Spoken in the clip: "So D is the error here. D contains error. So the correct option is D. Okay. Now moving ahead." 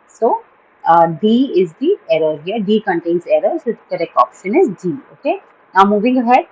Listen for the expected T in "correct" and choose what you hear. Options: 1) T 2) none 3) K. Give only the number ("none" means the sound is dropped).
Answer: 2